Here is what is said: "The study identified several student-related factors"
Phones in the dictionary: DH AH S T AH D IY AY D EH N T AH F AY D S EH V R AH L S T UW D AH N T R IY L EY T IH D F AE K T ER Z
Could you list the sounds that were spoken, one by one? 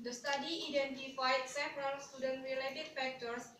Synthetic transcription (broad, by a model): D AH S T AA D IY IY D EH N T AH F AY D S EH P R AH L S T UW D AH N T R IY L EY T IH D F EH K T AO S